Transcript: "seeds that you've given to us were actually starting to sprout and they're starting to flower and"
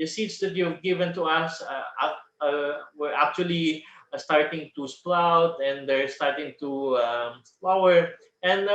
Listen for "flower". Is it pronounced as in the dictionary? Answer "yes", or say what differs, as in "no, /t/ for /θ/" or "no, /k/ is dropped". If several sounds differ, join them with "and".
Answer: no, /p/ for /f/